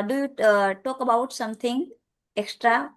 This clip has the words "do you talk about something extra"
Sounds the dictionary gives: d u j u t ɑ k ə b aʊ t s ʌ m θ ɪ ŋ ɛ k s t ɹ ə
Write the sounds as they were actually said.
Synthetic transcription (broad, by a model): d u j u t ɑ k ə b aʊ t s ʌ m t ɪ ŋ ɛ k s t ɹ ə